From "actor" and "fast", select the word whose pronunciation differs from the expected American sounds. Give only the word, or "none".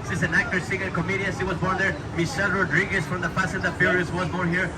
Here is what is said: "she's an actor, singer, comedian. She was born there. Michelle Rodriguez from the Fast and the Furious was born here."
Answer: fast